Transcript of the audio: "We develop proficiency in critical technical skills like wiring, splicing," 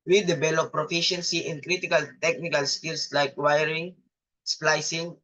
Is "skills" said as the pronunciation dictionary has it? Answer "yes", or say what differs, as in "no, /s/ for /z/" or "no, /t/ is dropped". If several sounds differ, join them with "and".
no, /s/ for /z/